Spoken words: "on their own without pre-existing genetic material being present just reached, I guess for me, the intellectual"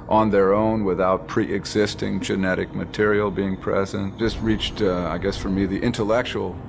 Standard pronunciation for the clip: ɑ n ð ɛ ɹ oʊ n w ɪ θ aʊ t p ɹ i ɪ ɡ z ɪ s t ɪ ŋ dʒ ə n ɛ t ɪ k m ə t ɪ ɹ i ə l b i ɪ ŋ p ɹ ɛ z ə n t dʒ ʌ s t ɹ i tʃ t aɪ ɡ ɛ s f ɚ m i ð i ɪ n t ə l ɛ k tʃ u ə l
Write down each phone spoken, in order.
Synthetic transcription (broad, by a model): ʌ n ð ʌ ɹ oʊ n w ɪ θ aʊ t p ɹ i ɪ ɡ z ɪ s t ɪ ŋ dʒ ə n ɛ t ɪ k m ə t ɪ ɹ i l b i ɪ ŋ p ɹ ɛ z ə n t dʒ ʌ s t ɹ i tʃ t aɪ ɡ ɛ s f ɚ m i ð i ɪ n t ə l ɛ k tʃ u l